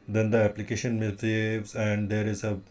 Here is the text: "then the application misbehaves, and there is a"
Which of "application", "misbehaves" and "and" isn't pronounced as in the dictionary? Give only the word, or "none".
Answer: misbehaves